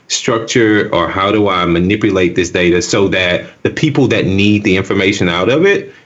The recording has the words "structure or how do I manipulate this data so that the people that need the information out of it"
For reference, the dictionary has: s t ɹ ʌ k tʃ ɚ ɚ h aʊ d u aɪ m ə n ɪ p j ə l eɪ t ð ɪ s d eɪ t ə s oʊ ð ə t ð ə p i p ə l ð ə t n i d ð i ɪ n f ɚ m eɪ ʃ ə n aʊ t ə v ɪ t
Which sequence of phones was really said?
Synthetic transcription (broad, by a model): s t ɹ ʌ k tʃ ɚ ɚ h aʊ d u aɪ m ə n ɪ p j ə l eɪ t ð ɪ s d eɪ t ə s oʊ ð ə t ð ə p i p l ð ə t n i d ð i ɪ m f ɚ m eɪ ʃ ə n aʊ t ə v ɪ t